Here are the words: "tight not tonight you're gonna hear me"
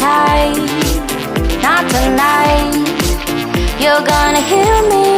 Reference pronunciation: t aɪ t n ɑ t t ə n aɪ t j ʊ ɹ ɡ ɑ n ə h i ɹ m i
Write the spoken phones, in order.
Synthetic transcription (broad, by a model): aɪ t n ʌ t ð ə n aɪ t j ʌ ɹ ɡ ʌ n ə h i l m i